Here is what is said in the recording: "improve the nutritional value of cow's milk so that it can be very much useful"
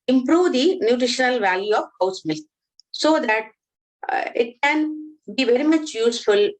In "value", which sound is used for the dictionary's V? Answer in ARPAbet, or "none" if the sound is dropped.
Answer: V